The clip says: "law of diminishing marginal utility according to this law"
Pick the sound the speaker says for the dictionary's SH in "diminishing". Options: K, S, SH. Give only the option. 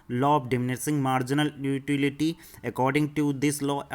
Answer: S